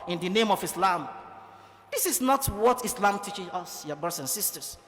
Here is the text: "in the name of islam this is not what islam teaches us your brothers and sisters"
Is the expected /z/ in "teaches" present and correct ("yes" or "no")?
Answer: no